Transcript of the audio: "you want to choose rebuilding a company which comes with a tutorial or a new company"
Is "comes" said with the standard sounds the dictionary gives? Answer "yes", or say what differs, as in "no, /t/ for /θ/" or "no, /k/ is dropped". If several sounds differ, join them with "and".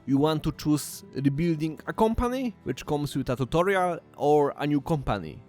no, /s/ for /z/